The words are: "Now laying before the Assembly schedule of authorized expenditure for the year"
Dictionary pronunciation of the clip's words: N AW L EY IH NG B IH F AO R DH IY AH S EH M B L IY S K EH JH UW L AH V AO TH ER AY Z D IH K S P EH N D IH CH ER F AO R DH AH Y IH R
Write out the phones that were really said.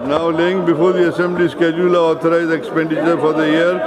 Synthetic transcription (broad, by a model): N AW L EY IH NG B IH F AO R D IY AH S EH M B L IY S K EH JH UW L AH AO T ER AY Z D IH K S P EH N D IH CH ER F AO R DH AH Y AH R